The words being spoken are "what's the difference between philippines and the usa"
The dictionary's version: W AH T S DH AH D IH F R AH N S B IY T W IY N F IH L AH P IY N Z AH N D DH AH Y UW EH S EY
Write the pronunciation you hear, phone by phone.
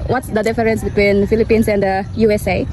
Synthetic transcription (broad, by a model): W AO T S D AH D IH F R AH N S B IY T W IY N F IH L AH P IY N S AH N D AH Y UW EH S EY